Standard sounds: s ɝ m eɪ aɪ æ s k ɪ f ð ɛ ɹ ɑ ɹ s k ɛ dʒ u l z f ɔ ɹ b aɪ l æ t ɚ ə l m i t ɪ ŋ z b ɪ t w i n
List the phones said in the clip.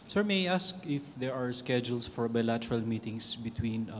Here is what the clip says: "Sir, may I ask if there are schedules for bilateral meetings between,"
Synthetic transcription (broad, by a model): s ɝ m eɪ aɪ s k ɪ f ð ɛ ɹ ɑ ɹ s k ɛ dʒ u l s f ɔ ɹ b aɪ l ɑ t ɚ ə l m i t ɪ ŋ s b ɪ t w i n